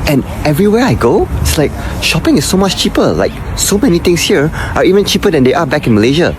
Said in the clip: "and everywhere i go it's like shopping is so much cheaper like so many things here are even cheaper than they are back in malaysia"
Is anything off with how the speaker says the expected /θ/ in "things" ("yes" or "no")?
yes